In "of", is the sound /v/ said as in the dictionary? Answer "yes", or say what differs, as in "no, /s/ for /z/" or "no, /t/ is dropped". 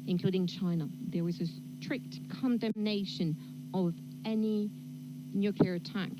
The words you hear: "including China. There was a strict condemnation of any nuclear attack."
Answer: yes